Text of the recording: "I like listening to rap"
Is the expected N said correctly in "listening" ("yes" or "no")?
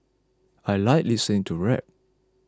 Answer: no